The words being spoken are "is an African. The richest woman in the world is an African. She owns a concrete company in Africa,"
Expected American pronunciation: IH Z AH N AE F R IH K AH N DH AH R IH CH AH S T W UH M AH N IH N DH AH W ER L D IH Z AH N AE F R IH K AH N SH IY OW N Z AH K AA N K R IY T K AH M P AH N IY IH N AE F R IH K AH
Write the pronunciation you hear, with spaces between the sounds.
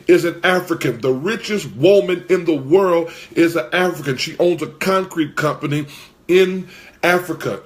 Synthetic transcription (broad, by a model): IH Z AH N AE F R IH K AH N DH AH R IH CH AH S T W UH M AH N IH N DH AH W ER L D IH Z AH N AE F R IH K AH N SH IY OW N Z AH K AA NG K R IY T K AH M P AH N IY IH N AE F R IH K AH